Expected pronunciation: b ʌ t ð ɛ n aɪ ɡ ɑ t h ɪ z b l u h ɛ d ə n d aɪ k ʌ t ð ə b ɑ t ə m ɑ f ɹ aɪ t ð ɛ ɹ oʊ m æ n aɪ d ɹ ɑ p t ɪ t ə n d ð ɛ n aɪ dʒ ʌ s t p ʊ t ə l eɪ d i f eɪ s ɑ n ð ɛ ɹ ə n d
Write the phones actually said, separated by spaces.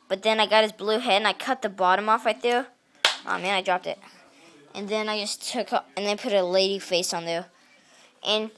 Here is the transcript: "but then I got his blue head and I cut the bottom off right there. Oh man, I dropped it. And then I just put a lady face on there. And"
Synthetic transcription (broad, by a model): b ʌ t ð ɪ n aɪ ɡ ɑ t h ɪ z b l u h ɛ d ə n aɪ k ʌ t ð ə b ɑ t ə m ɑ f aɪ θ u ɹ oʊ m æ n aɪ d ɹ ɑ p t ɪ t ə n ð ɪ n aɪ dʒ ʌ s t p ʊ t ə l eɪ d i f eɪ s n ð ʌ ɹ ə n